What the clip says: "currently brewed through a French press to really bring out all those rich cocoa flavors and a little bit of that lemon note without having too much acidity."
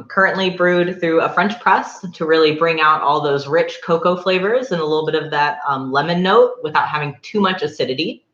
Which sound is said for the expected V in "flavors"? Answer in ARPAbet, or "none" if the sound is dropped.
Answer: V